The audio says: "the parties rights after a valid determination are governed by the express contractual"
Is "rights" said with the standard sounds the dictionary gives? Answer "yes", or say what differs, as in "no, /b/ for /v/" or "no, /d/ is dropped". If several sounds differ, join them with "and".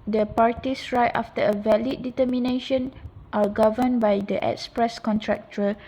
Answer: no, /s/ is dropped